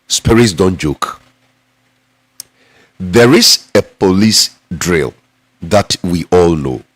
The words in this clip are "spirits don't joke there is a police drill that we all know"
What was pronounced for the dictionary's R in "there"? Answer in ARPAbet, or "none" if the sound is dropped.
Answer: R